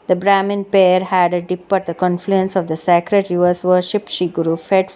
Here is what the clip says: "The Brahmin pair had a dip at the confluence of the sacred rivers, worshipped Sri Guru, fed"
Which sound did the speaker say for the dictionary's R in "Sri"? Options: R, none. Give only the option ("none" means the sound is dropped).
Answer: none